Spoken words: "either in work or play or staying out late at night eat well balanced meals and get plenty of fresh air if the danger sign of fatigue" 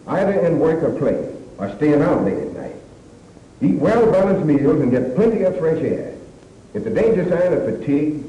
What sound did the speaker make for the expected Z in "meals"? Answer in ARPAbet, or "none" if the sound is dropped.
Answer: Z